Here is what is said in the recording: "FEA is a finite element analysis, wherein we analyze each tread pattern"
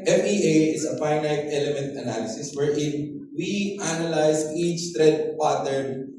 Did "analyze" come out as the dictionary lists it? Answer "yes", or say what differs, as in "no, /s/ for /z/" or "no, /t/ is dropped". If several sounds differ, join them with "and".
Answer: no, /s/ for /z/